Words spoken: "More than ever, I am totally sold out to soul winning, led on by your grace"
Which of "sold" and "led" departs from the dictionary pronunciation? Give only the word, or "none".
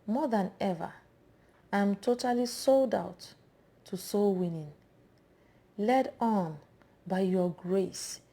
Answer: none